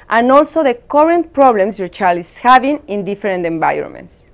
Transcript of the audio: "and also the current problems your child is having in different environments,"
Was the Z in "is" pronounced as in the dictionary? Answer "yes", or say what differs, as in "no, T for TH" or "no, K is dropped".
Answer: no, S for Z